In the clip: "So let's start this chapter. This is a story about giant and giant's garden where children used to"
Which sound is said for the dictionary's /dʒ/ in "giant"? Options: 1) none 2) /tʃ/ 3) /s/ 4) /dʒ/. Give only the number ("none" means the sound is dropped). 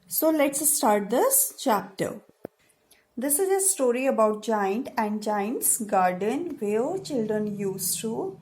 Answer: 4